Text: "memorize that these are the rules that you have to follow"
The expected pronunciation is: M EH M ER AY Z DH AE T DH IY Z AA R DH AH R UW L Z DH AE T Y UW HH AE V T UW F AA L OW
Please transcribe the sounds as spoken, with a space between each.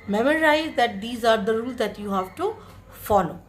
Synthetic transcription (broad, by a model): M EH M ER AY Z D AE T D IY Z AA R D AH R UW L Z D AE T Y UW HH AE V T UW F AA L OW